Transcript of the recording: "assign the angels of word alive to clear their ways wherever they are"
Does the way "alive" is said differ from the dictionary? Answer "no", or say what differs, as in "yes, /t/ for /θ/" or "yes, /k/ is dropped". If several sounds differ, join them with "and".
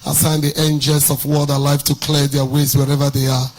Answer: yes, /f/ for /v/